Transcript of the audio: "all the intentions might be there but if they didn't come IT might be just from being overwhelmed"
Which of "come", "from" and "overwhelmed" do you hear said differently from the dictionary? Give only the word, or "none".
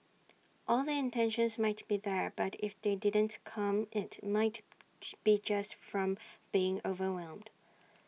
none